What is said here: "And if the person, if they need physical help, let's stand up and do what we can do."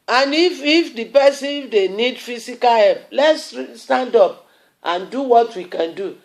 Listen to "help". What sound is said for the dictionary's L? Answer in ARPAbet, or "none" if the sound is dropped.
none